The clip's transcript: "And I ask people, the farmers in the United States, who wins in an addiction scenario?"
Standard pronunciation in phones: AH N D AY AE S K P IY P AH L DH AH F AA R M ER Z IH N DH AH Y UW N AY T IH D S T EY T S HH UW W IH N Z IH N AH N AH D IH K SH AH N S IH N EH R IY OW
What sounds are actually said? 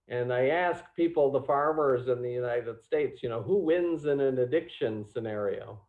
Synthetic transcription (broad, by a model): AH N AY AE S K P IY P L DH AH F AA R M ER Z IH N DH AH Y UW N AY T IH D S T EY T S HH UW W IH N Z IH N AH N AH D IH K SH AH N S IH N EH R IY OW